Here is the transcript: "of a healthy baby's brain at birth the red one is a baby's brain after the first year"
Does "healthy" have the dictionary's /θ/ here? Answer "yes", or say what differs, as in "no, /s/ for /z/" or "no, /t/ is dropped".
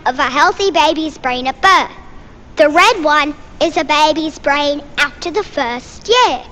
yes